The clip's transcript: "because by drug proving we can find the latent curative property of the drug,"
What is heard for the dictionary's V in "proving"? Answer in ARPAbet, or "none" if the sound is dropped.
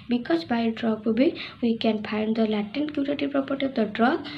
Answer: B